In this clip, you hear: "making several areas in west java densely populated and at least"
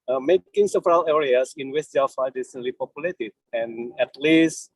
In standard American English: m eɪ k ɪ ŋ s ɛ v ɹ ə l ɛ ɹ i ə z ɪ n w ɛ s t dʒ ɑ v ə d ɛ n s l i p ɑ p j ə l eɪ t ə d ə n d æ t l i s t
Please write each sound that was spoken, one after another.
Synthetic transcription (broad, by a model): m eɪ k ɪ ŋ s ɛ v ɹ ə l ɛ ɹ i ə s ɪ n w ɛ s t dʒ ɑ f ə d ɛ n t l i p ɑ p j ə l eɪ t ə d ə n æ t l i s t